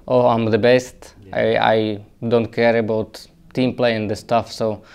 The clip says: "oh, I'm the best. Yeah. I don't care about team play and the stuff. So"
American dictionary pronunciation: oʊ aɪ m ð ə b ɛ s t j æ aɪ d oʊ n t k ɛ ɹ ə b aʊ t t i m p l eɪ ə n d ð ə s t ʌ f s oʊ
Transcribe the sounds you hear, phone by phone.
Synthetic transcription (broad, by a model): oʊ aɪ m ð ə b ɛ s t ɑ aɪ d oʊ n t k ɛ ɹ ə b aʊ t t i m p l eɪ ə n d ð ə s t ʌ f s oʊ